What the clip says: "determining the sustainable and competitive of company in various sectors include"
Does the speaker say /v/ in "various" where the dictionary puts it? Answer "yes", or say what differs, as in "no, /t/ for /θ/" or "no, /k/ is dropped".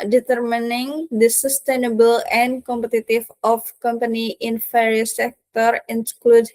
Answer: no, /f/ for /v/